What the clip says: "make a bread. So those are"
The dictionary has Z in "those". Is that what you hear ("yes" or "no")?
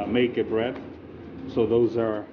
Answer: yes